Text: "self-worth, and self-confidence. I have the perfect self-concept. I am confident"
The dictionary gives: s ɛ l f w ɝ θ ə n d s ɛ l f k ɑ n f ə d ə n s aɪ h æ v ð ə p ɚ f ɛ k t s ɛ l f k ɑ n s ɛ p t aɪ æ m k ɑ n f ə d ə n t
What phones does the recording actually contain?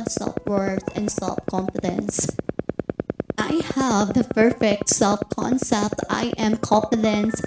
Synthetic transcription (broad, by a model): s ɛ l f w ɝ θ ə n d s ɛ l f k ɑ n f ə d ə n s aɪ h æ v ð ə p ɚ f ɛ k t s ɛ l f k ɑ n s ɛ p t aɪ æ m k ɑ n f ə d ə n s